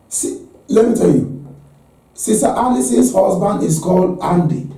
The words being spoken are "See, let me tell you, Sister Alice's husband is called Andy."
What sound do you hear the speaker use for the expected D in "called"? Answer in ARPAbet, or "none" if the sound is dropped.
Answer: none